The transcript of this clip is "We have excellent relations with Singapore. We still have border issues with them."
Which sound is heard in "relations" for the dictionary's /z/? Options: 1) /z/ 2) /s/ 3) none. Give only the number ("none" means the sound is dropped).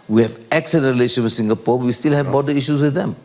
3